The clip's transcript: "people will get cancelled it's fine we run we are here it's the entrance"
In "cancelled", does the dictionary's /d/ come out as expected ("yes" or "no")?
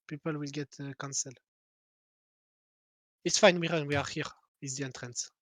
no